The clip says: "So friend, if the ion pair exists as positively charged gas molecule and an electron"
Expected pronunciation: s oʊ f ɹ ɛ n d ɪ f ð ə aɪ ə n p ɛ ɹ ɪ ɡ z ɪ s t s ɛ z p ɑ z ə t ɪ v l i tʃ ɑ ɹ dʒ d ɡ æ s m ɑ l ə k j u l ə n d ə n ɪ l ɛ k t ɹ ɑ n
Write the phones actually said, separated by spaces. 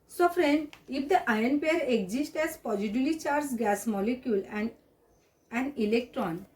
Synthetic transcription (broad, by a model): s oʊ f ɹ ɛ n d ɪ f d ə aɪ ə n p ɛ ɹ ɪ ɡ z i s t ɛ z p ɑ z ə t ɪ l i tʃ ɑ ɹ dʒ ɡ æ s m ɑ l ə k j u l ə n d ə n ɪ l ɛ k t ɹ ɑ n